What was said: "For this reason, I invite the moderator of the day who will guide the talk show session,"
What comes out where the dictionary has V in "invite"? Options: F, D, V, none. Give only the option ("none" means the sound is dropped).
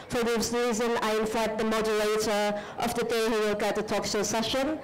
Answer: F